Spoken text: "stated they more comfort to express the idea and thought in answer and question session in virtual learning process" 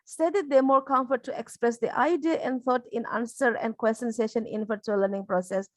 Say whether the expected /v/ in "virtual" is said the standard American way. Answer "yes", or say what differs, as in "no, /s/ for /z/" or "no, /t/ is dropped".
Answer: no, /f/ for /v/